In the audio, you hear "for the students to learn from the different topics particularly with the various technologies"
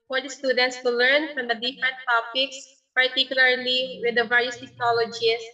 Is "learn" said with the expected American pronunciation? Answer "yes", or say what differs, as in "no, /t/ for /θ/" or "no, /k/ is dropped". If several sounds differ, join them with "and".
yes